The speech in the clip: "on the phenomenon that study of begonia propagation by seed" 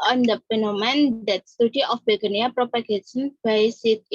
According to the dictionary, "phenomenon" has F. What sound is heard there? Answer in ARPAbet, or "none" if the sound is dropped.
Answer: P